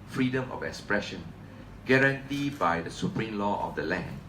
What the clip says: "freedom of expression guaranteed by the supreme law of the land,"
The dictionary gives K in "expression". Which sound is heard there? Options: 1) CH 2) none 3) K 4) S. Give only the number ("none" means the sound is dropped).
3